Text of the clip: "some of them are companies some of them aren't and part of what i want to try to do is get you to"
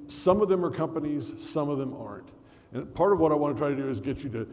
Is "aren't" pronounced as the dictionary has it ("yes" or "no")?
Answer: yes